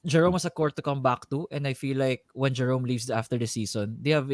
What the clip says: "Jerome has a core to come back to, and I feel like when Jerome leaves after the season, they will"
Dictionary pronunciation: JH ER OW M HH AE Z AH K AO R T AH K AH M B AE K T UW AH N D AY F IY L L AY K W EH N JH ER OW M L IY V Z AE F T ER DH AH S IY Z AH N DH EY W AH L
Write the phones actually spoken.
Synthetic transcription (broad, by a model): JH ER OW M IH S AH K AO R T AH K AH M B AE K T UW AH N D AY F IY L L AY K W EH N JH ER OW M L IY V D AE F T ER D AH S IY S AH N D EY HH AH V